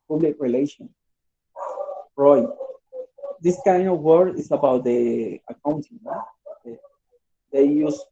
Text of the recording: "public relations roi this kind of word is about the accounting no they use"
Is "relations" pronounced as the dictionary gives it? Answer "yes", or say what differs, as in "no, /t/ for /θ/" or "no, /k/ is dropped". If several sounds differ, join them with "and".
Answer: no, /z/ is dropped